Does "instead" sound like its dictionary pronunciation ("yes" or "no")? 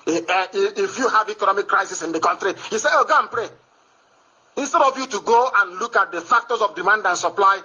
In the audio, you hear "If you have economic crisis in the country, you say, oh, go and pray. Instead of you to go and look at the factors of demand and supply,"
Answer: yes